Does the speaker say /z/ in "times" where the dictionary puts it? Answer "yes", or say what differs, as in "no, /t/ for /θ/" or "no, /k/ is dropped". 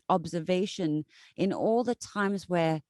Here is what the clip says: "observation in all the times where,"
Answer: yes